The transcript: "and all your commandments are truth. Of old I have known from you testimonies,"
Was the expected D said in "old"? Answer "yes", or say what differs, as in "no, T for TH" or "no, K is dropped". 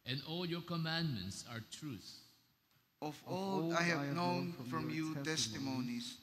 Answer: no, D is dropped